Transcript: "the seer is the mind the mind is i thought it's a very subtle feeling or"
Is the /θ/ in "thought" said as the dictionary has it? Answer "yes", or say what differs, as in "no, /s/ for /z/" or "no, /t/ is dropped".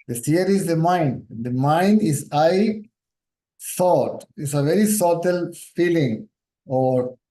no, /s/ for /θ/